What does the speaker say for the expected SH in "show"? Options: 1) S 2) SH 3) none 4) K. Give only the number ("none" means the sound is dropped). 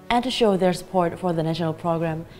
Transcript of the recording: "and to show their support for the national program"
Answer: 2